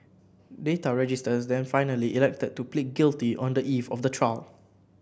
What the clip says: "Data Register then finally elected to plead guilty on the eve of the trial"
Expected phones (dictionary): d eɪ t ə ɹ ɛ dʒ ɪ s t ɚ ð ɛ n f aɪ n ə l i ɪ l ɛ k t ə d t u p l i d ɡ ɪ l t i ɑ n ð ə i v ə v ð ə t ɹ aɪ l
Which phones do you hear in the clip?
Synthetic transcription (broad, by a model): d eɪ t ə ɹ ɛ dʒ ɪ s t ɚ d ɛ n f aɪ n ə l i ɪ l ɛ k t ə d t u p l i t ɡ ɪ l t i ɑ n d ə i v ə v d ə t ɹ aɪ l